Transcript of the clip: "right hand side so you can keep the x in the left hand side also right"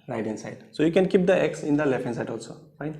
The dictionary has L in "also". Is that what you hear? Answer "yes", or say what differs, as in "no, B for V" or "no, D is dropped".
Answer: yes